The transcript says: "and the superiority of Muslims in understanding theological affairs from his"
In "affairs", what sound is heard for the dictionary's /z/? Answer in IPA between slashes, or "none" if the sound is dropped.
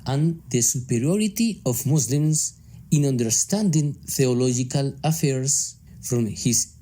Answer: /s/